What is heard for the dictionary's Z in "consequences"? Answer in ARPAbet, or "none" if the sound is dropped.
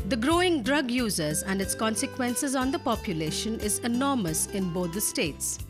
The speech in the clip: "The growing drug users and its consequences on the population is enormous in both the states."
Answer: Z